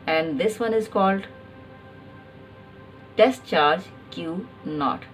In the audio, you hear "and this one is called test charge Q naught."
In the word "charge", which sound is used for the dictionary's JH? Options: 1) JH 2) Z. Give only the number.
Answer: 1